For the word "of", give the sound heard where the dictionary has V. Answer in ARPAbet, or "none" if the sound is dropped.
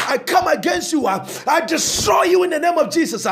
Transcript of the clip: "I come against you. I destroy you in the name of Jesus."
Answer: V